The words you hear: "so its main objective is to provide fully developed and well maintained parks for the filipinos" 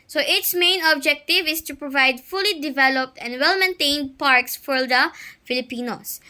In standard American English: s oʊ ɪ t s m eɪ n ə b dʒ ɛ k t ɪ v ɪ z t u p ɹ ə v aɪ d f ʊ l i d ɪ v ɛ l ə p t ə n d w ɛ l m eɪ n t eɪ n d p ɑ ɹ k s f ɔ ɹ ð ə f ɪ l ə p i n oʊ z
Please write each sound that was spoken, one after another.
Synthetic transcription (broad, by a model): s oʊ ɪ t s m eɪ n ə b dʒ ɛ k t ɪ v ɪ s t u p ɹ ə v aɪ d f ʊ l i d ɪ v ɛ l ə p t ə n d w ɛ l m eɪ n t eɪ n d p ɑ ɹ k s f ɔ ɹ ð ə f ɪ l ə p i n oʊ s